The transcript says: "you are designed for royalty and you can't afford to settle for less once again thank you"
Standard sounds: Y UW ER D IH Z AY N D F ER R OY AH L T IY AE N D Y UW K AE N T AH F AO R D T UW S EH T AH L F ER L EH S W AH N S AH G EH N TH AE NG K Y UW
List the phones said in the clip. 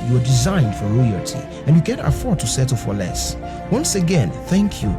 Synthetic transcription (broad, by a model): Y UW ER D IH Z AY N D F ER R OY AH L T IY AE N Y UW K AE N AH F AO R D T UW S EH T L F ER L EH S W AH N S AH G EH N TH AE NG K Y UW